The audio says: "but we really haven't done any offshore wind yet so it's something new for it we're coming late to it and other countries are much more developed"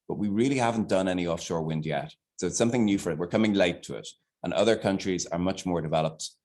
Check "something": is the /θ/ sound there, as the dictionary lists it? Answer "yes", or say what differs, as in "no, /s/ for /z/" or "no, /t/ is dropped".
yes